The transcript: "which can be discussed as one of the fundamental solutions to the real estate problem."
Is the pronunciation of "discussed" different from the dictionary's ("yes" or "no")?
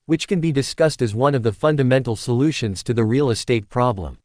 no